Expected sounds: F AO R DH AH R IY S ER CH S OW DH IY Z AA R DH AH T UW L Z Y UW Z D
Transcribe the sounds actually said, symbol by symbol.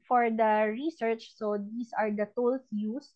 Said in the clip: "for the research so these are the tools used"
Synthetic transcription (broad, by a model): F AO R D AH R IY S ER CH S OW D IY S AA R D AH T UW L S Y UW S